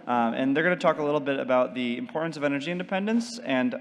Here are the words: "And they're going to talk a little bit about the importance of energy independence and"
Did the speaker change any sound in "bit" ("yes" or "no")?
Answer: no